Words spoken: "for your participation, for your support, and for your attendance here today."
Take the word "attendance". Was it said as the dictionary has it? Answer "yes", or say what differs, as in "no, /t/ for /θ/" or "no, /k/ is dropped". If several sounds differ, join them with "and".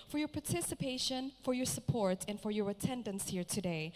yes